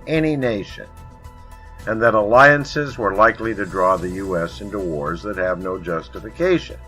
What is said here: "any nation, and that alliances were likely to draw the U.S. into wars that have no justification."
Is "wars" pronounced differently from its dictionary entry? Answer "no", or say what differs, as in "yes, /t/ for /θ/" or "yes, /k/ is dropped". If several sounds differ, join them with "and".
no